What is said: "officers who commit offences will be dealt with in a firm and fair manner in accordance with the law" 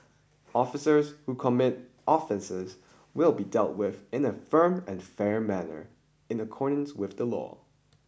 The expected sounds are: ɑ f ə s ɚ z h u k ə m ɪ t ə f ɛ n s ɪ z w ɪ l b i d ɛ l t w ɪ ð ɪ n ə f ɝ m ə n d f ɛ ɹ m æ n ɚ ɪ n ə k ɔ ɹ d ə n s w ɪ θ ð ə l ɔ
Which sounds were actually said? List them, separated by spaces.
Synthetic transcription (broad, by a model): ɑ f ə s ɚ z h u k ə m ɪ t ə f ɛ n s ɪ z w ɪ l b i d ɛ l t w ɪ ð ɪ n ə f ɝ m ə n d f ɛ ɹ m æ n ɚ ɪ n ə k ɔ ɹ d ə n s w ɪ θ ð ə l ɔ